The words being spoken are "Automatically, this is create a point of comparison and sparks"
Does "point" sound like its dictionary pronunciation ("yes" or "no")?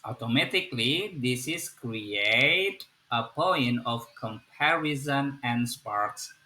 no